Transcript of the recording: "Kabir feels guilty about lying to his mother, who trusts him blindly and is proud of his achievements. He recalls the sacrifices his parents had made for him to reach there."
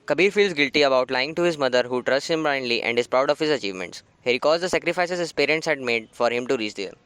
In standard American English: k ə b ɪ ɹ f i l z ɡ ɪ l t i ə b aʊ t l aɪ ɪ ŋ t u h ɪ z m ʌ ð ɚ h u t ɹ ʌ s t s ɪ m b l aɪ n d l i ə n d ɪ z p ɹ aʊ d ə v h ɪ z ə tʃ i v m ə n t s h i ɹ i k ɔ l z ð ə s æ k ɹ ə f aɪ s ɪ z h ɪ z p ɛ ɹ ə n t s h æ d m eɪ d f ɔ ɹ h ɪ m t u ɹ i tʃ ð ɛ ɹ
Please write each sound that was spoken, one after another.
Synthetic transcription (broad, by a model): k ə b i ɹ f i l z ɡ ɪ l t i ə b aʊ t l aɪ ɪ ŋ t u h ɪ z m ʌ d ɚ h u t ɹ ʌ s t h ɪ m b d aɪ n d l i ə n d ɪ z p ɹ aʊ d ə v h ɪ z ə tʃ i v m ə n t s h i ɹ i k ɔ z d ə s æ k ɹ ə f aɪ s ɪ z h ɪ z p ɛ ɹ ə n t s h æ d m eɪ d f ɔ ɹ h ɪ m t u ɹ i tʃ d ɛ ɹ